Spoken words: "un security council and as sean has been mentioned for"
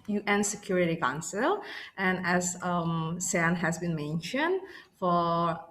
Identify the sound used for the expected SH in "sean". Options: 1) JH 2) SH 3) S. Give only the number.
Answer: 3